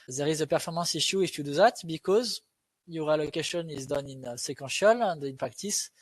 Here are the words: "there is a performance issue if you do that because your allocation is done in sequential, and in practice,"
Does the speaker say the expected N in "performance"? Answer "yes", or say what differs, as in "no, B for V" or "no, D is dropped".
no, N is dropped